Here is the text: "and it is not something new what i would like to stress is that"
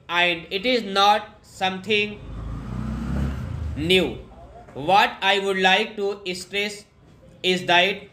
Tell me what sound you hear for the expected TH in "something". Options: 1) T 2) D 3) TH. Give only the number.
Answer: 1